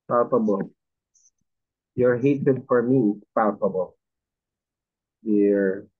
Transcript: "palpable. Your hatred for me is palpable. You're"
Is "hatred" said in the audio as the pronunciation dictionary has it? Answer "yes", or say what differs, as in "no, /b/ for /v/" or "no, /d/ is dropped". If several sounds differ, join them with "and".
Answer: no, /ɹ/ is dropped